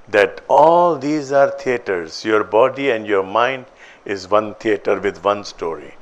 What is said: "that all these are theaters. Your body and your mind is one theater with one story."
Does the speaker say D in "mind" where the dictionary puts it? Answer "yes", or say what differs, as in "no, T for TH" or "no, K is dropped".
yes